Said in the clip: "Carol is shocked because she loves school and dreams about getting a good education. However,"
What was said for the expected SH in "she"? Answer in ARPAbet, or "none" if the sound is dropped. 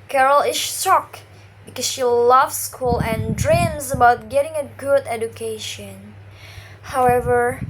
SH